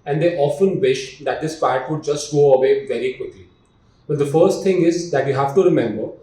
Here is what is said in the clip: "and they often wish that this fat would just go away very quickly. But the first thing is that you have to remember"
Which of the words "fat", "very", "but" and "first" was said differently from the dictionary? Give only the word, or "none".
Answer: fat